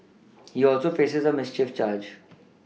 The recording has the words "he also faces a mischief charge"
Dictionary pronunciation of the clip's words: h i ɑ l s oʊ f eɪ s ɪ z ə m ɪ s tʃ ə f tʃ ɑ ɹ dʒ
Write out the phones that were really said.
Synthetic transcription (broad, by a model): h i ɑ l s oʊ f eɪ s ɪ z ə m ɪ s tʃ ə f tʃ ɑ ɹ dʒ